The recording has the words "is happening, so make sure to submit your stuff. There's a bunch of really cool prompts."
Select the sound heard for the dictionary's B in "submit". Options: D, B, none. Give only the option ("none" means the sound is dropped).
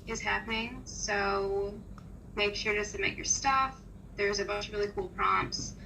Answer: none